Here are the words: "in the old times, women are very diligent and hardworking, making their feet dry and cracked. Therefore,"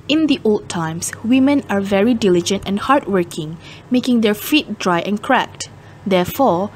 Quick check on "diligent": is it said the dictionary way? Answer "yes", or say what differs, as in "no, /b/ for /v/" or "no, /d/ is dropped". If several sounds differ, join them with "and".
yes